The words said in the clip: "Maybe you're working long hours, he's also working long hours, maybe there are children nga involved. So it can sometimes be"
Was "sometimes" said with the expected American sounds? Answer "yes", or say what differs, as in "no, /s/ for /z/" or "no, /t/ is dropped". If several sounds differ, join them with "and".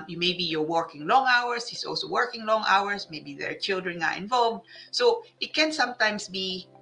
no, /s/ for /z/